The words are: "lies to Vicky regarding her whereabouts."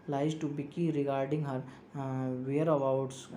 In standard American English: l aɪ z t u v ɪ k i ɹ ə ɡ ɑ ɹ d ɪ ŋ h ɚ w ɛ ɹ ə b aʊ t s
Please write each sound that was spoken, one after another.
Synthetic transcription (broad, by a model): l aɪ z t u b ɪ k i ɹ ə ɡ ɑ ɹ d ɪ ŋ h ɚ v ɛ ɹ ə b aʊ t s